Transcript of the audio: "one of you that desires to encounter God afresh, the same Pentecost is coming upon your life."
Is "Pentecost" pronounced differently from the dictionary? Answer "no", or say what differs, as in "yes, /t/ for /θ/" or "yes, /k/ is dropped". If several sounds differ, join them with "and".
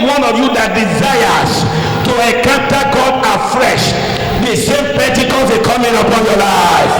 yes, /n/ is dropped